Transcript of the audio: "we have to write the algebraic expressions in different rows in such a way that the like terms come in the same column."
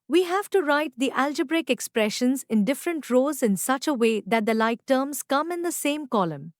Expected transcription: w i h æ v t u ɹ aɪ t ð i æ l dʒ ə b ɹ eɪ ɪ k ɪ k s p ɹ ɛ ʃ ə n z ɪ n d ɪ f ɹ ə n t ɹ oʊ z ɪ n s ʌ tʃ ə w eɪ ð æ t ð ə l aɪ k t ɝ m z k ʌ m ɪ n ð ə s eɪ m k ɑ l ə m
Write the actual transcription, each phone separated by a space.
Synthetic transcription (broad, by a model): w i h æ v t u ɹ aɪ t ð i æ l dʒ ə b ɹ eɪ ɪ k ɪ k s p ɹ ɛ ʃ ə n z ɪ n d ɪ f ɹ ə n t ɹ oʊ z ɪ n s ʌ tʃ ə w eɪ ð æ t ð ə l aɪ k t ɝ m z k ʌ m ɪ n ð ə s eɪ m k ɑ l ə m